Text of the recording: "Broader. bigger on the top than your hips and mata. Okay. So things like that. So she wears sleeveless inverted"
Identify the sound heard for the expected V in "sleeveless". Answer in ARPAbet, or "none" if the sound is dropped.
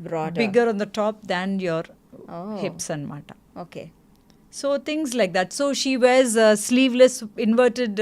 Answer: V